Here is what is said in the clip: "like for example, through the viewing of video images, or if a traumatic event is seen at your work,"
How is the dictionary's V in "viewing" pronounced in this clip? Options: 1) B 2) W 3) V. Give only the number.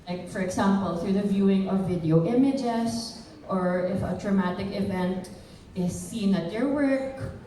3